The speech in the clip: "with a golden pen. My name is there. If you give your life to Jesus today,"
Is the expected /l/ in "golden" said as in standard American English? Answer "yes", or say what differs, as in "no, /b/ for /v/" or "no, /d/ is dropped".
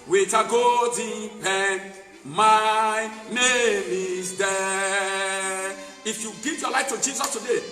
no, /l/ is dropped